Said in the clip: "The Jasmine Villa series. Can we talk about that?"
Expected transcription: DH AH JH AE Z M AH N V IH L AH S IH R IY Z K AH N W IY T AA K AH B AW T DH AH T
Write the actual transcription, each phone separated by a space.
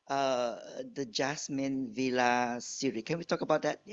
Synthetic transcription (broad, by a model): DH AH JH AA S M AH N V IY L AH S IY R IY K AH N W IY T AA K AH B AW T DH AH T